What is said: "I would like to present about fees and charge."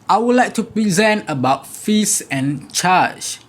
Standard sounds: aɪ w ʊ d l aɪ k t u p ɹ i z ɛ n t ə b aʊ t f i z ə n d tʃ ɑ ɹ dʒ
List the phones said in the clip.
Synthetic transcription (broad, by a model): aɪ w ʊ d l aɪ k t u p ɹ i z ɛ n t ə b aʊ t f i s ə n tʃ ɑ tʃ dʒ